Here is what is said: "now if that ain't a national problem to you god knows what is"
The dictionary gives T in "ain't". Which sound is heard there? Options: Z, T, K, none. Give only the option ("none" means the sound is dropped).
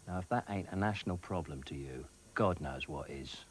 T